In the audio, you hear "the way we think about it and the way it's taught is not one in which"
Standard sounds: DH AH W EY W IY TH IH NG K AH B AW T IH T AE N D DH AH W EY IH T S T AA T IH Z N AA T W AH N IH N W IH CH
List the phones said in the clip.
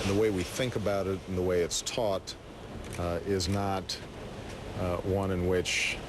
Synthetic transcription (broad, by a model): DH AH W EY W IY TH IH NG K AH B AW T IH T N DH AH W EY IH T S T AA T IH Z N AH T W AH N IH N W IH CH